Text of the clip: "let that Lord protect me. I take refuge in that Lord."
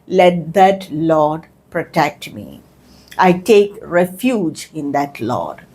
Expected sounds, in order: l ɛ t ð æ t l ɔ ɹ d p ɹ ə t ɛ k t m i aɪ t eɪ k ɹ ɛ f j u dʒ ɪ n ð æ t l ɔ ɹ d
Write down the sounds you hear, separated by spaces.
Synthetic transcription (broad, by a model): l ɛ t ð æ t l ɔ d p ɹ ə t ɛ k t m i aɪ t eɪ k ɹ ɛ f j u dʒ ɪ n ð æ t l ɔ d